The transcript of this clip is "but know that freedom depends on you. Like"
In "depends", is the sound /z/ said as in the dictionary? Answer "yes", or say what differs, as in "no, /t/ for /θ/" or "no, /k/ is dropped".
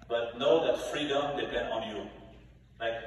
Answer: no, /z/ is dropped